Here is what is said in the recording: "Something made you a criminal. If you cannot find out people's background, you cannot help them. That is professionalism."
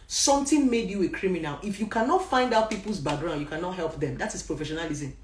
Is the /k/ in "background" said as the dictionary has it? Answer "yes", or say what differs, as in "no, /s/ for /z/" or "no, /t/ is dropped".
no, /k/ is dropped